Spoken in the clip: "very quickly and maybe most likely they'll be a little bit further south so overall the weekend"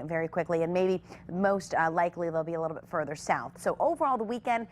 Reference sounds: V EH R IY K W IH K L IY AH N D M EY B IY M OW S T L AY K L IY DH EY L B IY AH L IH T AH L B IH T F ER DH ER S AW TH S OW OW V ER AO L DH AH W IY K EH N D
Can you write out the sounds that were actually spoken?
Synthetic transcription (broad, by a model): V EH R IY K W IH K L IY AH N M EY B IY M OW S T L AY K L IY DH EY L B IY AH L IH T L B IH T F ER DH ER S AW TH S OW OW V ER AO L DH AH W IY K EH N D